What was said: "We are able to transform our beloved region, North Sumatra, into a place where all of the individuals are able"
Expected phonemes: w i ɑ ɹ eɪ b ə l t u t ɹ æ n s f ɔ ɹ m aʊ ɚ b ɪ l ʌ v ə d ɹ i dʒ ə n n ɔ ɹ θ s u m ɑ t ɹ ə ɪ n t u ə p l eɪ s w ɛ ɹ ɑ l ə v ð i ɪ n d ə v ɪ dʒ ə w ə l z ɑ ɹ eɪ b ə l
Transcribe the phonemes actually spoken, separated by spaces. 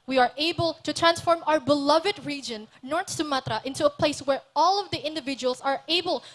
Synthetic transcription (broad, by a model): w i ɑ ɹ eɪ b ə l t u t ɹ æ n s f ɔ ɹ m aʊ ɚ b ɪ l ʌ v ə d ɹ i dʒ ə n n ɔ ɹ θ s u m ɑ t ɹ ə ɪ n t u ə p l eɪ s w ɛ ɹ ɑ l ə v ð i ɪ n d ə v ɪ dʒ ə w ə l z ɑ ɹ eɪ b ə l